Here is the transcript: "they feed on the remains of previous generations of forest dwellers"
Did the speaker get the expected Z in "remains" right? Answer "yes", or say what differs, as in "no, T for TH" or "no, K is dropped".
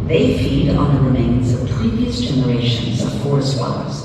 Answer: yes